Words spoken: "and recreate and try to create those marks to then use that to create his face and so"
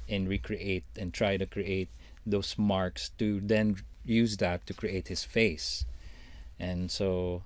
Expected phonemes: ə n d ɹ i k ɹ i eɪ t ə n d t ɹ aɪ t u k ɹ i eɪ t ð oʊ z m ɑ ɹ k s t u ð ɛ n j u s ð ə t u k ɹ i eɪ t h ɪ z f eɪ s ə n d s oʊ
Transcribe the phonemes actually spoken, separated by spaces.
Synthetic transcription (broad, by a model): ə n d ɹ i k ɹ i eɪ t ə n t ɹ aɪ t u k ɹ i eɪ t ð oʊ s m ɑ ɹ k s t u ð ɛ n j u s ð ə t u k ɹ i eɪ t h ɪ s f eɪ s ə n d s oʊ